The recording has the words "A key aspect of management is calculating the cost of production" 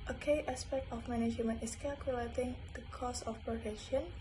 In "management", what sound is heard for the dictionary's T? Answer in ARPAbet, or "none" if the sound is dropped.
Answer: none